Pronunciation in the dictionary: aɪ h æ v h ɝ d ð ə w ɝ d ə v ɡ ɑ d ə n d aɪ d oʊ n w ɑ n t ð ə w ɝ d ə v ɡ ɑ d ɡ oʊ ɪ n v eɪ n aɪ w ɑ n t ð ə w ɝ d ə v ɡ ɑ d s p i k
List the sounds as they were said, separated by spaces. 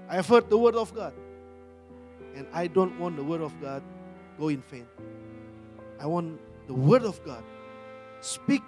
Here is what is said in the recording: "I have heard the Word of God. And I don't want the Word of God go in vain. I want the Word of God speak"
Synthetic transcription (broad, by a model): aɪ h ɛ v h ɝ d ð ə w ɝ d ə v ɡ ɑ d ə n aɪ d oʊ n w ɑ n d ə w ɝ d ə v ɡ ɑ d ɡ oʊ ɪ n f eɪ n aɪ w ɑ n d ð ə w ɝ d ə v ɡ ɑ d s p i k